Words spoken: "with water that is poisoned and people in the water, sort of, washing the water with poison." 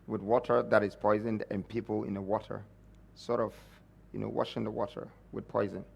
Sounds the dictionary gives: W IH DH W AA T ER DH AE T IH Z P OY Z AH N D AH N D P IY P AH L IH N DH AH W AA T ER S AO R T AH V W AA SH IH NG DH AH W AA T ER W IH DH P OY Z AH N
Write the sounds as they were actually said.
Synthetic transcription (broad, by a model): W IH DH W AA T ER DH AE T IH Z P OY Z AH N D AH N P IY P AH L IH N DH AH W AA T ER S AO R T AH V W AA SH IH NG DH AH W AA T ER W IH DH P OY Z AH N